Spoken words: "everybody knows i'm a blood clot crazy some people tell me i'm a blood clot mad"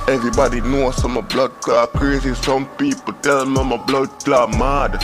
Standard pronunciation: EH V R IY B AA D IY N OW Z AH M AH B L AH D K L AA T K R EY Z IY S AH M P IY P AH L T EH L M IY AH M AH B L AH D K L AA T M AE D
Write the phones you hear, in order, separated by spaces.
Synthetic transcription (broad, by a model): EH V R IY B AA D IY N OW S AH M AH B L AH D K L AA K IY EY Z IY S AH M P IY P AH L T EH L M AH M AH B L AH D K L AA M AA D